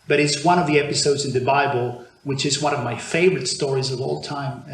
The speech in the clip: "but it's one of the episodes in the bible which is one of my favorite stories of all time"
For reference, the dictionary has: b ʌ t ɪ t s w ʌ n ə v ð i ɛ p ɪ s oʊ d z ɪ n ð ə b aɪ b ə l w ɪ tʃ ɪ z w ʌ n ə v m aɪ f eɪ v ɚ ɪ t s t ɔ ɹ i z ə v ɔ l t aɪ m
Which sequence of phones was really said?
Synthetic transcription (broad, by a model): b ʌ t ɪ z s w ʌ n ə v ð i ɛ p ɪ s oʊ d z ɪ n ð ə b aɪ b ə l w ɪ tʃ ɪ z w ʌ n ə v m aɪ f eɪ v ɚ ɪ t s t ɔ ɹ i z ə v ɔ l t aɪ m